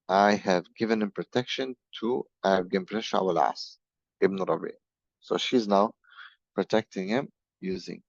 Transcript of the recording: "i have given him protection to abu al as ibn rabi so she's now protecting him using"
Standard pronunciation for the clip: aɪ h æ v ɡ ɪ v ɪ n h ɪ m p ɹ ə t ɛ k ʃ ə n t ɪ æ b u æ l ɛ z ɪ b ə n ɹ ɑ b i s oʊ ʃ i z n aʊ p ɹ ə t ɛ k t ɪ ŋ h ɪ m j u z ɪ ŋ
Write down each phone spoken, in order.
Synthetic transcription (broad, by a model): aɪ h æ v ɡ ɪ v ɪ n h ɪ m p ɹ ə t ɛ k ʃ ə n t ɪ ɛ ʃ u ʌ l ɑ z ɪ b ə ɹ ɑ b i s oʊ ʃ i z n aʊ p ɹ ə t ɛ k t ɪ ŋ h ɪ m j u z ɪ ŋ